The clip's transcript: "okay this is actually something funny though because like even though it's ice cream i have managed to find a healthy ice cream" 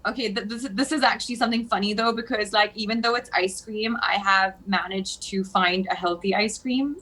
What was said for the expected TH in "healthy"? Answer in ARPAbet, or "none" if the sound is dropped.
TH